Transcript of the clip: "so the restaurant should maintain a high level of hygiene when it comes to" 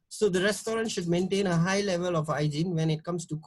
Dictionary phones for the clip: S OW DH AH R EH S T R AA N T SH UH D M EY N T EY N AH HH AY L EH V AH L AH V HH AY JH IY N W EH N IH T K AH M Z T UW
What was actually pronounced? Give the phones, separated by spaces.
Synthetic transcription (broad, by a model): S OW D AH R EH S T R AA N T SH UH D M EY N T EY N AH HH AY L EH V AH L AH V AY JH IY N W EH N IH T K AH M S T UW